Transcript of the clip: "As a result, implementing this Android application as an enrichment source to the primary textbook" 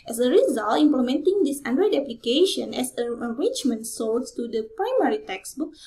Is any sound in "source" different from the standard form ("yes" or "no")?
yes